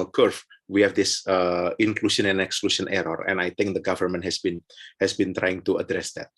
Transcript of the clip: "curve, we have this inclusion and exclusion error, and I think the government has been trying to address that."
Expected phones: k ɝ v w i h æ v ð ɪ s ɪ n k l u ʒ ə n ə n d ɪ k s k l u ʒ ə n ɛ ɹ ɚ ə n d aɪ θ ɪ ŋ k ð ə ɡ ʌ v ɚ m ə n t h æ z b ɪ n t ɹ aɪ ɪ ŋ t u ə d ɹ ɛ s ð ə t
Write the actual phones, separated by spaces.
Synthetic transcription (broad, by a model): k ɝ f w i h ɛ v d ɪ s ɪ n k l u ʃ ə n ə n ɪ k s k l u ʃ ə n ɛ ɹ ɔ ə n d aɪ t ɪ ŋ k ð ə ɡ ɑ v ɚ m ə n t h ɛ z b ɪ n t ɹ aɪ ɪ ŋ t u ə d ɹ ɛ s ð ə t